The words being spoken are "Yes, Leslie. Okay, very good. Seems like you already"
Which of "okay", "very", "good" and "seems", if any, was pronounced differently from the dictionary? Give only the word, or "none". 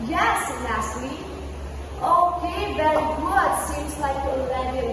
none